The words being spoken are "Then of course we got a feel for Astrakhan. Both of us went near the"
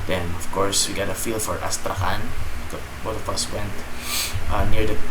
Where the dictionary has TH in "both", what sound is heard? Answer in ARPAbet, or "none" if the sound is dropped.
T